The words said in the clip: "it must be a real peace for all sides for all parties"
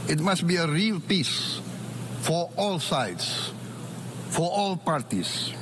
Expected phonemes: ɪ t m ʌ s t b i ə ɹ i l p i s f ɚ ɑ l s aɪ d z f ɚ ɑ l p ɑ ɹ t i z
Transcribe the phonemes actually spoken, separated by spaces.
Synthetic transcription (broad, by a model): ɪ t m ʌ s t b i ə ɹ i l p i s f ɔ ɑ l s aɪ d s f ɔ ɑ l p ɑ ɹ t i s